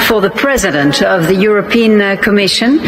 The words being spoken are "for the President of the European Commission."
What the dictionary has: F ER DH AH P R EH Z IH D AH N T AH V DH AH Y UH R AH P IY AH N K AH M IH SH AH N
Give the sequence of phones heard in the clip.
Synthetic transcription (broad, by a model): F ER DH AH P R EH Z IH D AH N T AH V DH AH Y UH R AH P IY AH N K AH M IH SH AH N